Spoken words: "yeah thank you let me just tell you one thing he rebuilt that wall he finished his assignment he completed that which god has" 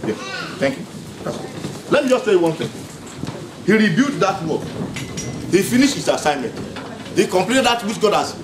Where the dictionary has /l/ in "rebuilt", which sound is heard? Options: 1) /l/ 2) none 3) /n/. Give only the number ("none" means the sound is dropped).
2